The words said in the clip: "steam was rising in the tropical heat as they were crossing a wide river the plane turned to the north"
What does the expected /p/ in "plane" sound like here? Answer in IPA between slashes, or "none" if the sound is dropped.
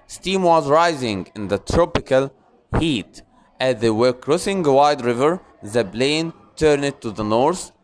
/b/